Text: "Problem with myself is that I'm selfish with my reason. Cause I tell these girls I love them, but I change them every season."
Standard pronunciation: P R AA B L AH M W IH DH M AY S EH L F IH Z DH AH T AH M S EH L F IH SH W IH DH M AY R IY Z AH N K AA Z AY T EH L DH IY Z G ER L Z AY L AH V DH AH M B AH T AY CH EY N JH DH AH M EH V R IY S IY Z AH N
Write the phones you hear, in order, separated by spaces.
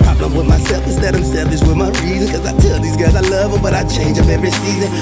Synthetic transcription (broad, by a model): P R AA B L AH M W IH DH M AY S EH L F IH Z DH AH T AH M S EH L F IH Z W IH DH M AY R IY Z AH N K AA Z AY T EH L DH IY Z G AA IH Z AY L AH V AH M B AH T AY CH EY N JH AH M EH V R IY S IY Z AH N